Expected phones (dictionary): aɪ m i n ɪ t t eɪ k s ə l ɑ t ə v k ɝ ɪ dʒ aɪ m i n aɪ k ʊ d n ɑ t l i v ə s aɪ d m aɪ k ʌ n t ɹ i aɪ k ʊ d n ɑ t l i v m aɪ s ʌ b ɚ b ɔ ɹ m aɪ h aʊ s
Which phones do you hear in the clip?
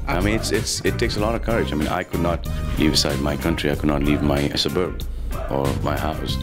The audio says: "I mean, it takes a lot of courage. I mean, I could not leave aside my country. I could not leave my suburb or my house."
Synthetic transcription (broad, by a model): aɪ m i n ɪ t t eɪ k s ə l ɑ t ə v k ɝ ɪ dʒ aɪ m i n aɪ k ʊ d n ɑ t l i v ə s aɪ d m aɪ k ʌ n t ɹ i aɪ k ʊ d n ɑ t l i v m aɪ s ʌ b ɚ b ɔ ɹ m aɪ h aʊ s